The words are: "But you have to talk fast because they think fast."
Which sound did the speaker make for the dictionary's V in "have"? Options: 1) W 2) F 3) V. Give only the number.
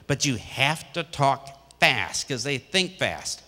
2